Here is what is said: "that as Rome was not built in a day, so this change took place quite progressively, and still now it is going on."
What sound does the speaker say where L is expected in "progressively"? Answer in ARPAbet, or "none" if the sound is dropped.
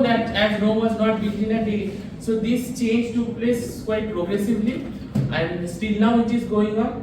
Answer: L